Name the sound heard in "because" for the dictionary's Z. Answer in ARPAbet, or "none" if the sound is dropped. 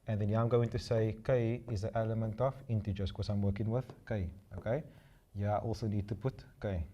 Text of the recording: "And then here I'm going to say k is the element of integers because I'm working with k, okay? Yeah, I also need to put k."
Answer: none